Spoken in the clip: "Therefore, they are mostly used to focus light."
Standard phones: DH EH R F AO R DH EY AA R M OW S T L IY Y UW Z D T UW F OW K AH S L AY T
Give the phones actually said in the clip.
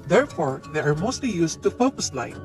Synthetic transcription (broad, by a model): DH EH R F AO R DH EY AA R M OW S T L IY Y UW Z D T UW P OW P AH S L AY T